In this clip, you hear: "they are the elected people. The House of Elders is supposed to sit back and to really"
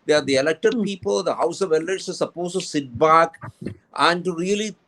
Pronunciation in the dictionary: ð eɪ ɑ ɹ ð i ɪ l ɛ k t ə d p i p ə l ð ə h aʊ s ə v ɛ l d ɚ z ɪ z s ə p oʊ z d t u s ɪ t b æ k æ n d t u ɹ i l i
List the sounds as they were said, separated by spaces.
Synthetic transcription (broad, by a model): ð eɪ ɑ ɹ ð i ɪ l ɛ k t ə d p i p ə l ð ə h aʊ s ə v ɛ l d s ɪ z s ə p oʊ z t u s ɪ t b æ k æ n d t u ɹ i l i